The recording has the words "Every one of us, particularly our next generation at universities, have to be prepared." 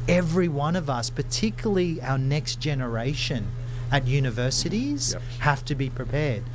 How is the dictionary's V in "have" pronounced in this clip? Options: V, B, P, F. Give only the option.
F